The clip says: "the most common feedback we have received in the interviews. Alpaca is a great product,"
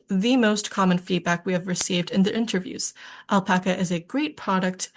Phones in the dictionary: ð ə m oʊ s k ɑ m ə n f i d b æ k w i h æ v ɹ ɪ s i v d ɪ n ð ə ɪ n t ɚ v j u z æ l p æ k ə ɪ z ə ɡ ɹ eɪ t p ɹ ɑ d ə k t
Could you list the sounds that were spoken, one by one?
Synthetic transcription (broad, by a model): ð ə m oʊ s k ɑ m ə n f i d b æ k w i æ v ɹ ɪ s i v d ɪ n ð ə ɪ n t ɚ v j u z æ l p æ k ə ɪ z ə ɡ ɹ eɪ t p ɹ ɑ d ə k t